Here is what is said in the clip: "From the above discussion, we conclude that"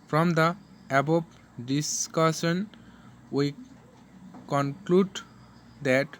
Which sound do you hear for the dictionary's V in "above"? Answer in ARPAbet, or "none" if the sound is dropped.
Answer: B